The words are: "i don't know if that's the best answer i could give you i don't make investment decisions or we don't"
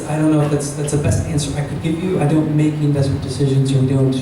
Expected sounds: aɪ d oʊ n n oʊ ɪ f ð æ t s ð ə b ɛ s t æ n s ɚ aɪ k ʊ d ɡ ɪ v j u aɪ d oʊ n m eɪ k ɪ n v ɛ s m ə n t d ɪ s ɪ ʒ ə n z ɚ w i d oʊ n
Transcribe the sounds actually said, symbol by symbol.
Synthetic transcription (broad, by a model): aɪ d oʊ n n oʊ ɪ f ð æ t s ð ə b ɛ s t æ n s ɚ aɪ k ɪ d ɡ ɪ v j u aɪ d oʊ n m eɪ k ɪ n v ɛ s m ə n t d ɪ s ɪ ʒ ə n z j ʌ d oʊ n